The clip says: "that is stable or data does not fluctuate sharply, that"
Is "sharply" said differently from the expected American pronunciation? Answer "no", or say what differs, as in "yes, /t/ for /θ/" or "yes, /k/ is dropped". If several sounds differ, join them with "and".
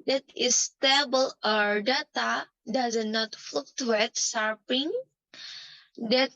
yes, /l/ is dropped